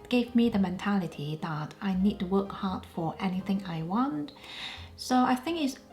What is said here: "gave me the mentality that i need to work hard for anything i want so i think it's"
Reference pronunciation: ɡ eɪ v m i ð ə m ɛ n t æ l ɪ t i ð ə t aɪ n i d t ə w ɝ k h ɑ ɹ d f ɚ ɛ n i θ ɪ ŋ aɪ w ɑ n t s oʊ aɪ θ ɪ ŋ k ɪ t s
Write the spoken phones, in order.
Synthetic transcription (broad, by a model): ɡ eɪ v m i ð ə m ɛ n t æ l ɪ t i ð ə t aɪ n i d t ə w ɝ k h ɑ ɹ d f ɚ ɛ n i θ ɪ ŋ aɪ w ɑ n t s oʊ aɪ θ ɪ ŋ k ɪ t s